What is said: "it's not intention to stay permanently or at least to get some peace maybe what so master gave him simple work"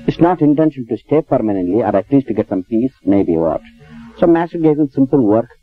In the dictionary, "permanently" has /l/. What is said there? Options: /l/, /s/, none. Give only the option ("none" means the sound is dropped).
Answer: /l/